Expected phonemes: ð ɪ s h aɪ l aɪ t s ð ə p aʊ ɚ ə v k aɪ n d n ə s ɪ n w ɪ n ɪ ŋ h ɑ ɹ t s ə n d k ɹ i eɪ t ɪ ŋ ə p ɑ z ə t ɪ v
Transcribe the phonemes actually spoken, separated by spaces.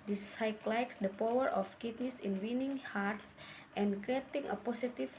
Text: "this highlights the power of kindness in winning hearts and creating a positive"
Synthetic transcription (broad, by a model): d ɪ s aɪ l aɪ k s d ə p aʊ ɚ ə f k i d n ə s ɪ n w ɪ n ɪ ŋ h ɑ ɹ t s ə n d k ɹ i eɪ t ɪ ŋ ə p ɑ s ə t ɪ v